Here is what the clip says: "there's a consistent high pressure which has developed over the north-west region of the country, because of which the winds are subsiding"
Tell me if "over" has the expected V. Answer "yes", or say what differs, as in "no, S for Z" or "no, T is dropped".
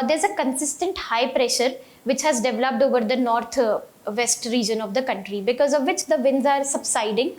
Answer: yes